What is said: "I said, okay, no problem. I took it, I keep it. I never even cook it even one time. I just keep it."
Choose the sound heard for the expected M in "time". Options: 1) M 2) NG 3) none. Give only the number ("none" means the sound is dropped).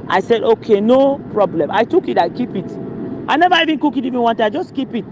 3